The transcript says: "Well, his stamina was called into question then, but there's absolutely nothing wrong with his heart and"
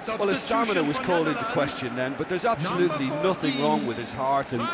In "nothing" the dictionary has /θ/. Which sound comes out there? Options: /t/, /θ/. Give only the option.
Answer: /θ/